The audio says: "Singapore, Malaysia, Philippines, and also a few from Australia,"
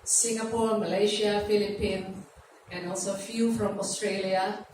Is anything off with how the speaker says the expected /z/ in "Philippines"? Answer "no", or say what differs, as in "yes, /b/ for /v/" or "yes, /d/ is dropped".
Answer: yes, /z/ is dropped